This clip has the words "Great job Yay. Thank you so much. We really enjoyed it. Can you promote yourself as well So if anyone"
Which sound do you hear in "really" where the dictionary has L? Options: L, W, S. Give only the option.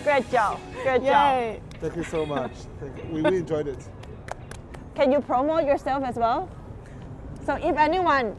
W